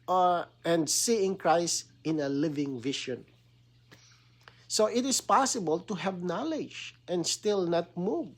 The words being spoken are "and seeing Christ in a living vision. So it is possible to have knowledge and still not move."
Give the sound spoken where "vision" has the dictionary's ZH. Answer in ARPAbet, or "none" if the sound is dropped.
SH